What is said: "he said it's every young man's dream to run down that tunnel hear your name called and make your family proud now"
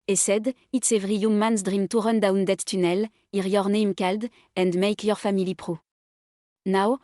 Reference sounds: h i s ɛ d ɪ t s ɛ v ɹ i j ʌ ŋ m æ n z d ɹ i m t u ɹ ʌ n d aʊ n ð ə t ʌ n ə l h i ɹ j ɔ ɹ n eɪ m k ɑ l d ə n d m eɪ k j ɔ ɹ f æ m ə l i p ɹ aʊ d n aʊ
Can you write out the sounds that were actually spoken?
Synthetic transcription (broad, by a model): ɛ s ɛ d ɪ t s ɛ v ɹ i j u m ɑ n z d ɹ i m t u ɹ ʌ n d aʊ n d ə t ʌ n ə l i ɹ j ɔ ɹ n eɪ m k ɑ l d ə n d m eɪ k j ɔ ɹ f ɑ m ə l i p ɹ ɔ n aʊ